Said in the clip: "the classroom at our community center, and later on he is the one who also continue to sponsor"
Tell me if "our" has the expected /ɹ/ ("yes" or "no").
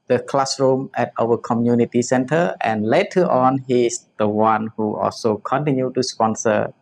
no